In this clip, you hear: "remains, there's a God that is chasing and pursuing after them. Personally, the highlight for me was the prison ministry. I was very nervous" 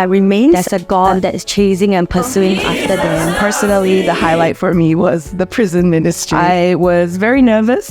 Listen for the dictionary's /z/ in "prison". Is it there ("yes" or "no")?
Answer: yes